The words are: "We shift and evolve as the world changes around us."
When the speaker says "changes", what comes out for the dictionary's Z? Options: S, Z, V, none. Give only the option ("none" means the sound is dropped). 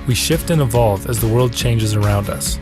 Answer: Z